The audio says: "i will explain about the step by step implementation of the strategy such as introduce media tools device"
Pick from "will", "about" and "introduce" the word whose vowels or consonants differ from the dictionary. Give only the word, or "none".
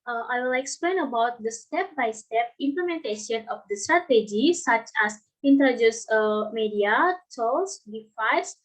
introduce